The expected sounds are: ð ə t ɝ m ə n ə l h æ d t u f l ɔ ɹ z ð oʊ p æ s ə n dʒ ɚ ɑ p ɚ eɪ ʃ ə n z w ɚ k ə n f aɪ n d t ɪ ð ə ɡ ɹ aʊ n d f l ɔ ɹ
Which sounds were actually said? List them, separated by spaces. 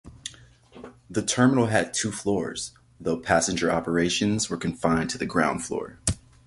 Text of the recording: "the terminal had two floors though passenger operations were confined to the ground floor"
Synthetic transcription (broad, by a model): ð ə t ɝ m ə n l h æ d t u f l ɔ ɹ z ð oʊ p æ s ə n dʒ ɚ ɑ p ɚ eɪ ʃ ə n z w ɚ k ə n f aɪ n t ɪ ð ə ɡ ɹ aʊ n d f l ɔ ɹ